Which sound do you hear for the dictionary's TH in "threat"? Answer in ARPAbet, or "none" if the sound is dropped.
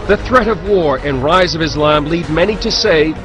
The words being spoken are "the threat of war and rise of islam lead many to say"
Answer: TH